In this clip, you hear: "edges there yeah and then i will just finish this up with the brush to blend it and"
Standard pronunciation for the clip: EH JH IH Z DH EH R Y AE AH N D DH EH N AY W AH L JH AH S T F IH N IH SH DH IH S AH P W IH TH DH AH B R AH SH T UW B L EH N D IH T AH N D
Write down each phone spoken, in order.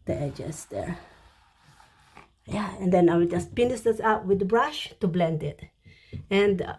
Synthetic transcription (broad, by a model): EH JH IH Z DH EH R Y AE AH N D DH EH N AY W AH JH AH S T P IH N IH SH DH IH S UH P W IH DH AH B R AH SH T UW B L EH N D IH T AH N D